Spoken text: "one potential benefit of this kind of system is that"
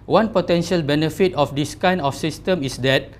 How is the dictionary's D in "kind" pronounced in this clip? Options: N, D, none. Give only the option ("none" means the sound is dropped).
none